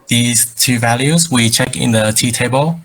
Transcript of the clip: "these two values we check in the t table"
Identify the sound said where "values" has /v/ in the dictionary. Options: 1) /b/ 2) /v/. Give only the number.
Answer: 2